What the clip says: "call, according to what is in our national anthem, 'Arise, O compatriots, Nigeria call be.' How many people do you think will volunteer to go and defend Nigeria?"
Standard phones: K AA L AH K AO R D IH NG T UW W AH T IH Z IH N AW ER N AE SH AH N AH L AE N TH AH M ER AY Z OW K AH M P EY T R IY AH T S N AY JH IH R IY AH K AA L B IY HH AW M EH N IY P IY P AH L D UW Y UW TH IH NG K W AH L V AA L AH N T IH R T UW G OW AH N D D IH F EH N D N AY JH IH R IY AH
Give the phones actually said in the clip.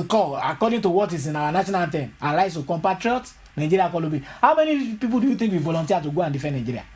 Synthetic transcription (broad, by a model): K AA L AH K AO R D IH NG T UW W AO T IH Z IH N AW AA N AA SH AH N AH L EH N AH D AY S OW K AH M P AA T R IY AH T N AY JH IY R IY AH K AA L B IY HH AW M EH N IY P IY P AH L D UW Y UW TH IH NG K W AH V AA L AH N T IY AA T UW G OW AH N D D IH F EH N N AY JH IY R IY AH